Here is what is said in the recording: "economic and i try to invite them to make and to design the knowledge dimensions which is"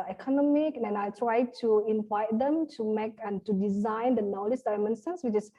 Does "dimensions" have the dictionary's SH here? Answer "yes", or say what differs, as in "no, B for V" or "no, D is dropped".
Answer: no, S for SH